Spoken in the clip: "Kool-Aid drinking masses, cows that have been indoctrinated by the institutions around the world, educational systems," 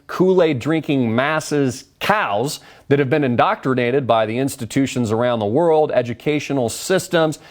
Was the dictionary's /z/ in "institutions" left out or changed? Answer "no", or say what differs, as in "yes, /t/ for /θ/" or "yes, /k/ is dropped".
no